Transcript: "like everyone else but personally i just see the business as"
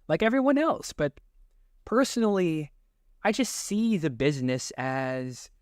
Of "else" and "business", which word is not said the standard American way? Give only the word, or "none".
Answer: none